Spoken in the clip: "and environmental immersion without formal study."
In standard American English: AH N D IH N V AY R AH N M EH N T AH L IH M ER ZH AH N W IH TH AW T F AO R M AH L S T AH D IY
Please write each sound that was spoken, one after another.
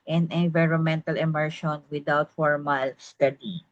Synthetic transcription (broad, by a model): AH N IH N V AY R AH N M EH N T AH L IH M ER SH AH N W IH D AW T F AO R M AH L S T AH D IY